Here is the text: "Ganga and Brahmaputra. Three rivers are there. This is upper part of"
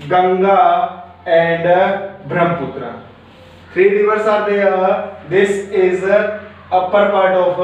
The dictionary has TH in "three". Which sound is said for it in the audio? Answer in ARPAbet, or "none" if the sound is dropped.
F